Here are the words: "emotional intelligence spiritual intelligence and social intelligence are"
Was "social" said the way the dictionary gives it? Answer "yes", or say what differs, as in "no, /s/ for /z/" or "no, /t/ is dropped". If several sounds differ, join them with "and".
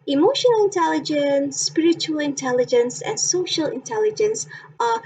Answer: yes